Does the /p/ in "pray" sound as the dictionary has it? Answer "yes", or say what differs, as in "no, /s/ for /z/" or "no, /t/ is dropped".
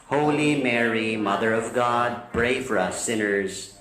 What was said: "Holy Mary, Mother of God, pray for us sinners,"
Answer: no, /b/ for /p/